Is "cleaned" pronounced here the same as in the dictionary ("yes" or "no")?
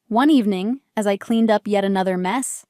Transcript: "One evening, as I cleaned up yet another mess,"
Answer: yes